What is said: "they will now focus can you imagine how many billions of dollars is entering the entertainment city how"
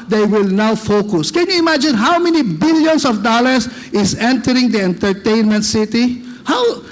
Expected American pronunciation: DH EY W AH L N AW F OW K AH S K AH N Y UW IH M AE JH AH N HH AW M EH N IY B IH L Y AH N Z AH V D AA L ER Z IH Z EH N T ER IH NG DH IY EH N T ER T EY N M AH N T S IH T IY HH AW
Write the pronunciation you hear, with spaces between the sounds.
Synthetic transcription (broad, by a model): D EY W AH L N AW F OW K AH S K AH N Y UW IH M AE JH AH N HH AW M EH N IY B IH L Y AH N S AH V D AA L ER S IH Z EH N T ER IH NG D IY EH N T ER T EY N M AH N T S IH T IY HH AW